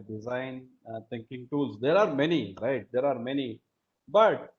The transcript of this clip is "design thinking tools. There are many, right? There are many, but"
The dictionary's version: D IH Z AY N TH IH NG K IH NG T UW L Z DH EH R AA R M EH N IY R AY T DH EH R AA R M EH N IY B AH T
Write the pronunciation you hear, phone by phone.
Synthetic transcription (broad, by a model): D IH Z AY N T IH NG K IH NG T UW L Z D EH R AA R M EH N IY R AY T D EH R AA R M EH N IY B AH T